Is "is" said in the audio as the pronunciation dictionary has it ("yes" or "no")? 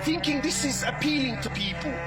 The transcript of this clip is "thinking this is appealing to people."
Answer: yes